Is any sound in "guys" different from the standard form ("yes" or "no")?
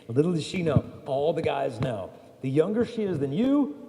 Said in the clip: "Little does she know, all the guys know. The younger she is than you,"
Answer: no